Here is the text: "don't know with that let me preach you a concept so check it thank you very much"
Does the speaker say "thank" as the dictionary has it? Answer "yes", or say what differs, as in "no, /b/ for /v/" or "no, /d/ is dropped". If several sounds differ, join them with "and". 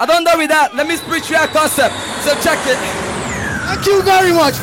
no, /t/ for /θ/